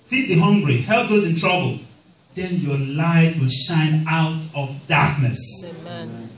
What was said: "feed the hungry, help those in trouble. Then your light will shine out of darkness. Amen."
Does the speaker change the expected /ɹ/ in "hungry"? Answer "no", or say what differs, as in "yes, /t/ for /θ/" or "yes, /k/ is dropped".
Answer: no